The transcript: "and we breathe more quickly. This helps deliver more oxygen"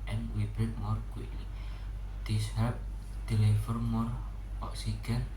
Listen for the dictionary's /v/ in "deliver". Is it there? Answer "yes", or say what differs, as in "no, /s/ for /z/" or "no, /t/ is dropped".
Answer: no, /f/ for /v/